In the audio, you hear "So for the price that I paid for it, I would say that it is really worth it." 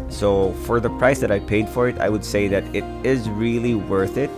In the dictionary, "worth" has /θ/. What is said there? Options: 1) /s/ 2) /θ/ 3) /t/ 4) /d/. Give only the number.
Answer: 2